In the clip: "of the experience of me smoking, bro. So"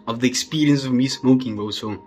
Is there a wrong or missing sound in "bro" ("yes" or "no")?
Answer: yes